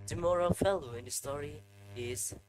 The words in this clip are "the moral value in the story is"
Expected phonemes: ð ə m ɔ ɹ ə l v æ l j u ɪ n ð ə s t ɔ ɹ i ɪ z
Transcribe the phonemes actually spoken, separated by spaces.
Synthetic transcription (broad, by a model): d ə m ɔ ɹ ə l f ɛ l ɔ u ɪ n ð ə s t ɔ ɹ i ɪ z